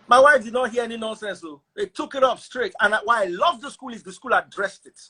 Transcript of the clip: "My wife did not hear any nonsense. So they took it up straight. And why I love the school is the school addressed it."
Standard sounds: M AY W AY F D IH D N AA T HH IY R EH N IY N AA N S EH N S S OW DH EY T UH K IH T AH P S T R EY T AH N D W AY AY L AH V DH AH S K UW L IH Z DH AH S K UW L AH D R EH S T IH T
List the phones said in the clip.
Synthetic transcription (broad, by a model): M AY W AY F D IH D N AA T HH IY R EH N IY N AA N S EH N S S OW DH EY T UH K IH T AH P S T R EY T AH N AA W AY AY L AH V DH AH S K UW L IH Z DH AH S K UW L AH D R EH S T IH T